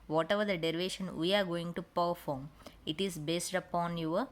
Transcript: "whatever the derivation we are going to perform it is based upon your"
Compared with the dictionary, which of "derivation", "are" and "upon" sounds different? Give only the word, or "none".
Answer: none